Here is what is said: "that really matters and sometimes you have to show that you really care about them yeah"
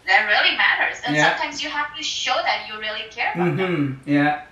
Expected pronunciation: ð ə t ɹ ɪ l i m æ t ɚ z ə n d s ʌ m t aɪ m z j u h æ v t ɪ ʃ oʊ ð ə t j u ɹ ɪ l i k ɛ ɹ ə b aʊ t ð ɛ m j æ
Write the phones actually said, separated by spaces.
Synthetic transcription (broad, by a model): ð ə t ɹ ɪ l i m æ t ɚ z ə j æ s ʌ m t aɪ m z j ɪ h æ f t ɪ ʃ oʊ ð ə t j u ɹ ɪ l i k ɛ ɹ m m j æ